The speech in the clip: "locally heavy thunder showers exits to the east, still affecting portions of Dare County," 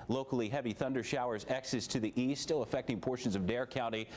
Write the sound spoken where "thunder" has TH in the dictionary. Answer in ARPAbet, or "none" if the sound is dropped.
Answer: TH